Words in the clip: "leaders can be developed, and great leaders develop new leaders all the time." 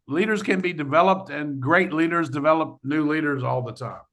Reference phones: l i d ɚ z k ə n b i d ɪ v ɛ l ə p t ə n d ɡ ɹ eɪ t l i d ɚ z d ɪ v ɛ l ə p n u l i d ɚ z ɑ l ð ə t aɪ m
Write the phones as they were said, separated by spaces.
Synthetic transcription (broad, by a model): l i d ɚ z k ə n b i d ɪ v ɛ l ə p t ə n ɡ ɹ eɪ t l i d ɚ z d ɪ v ɛ l ə p n u l i d ɚ z ɑ l ð ə t aɪ m